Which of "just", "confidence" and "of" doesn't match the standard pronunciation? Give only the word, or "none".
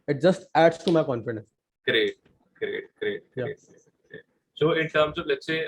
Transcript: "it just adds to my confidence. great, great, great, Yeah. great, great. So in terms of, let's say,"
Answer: of